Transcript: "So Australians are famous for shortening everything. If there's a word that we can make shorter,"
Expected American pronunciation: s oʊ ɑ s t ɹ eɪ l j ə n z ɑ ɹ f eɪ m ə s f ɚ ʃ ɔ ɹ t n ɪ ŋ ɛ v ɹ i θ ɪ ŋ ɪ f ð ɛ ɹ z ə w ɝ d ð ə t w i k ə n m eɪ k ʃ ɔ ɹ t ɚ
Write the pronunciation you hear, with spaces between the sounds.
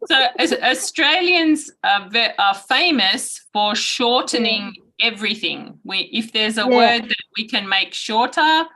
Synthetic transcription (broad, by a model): s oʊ ɑ s t ɹ eɪ l j ə n z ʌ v f eɪ m ə s f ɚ ʃ ɔ ɹ t n ɪ ŋ ɛ v ɹ i θ ɪ ŋ ɪ f ð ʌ ɹ z ə w ɝ d ð ə t w i k ə n m eɪ k ʃ ɔ ɹ t ɚ